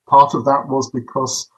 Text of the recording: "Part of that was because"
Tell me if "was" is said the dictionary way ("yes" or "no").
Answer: yes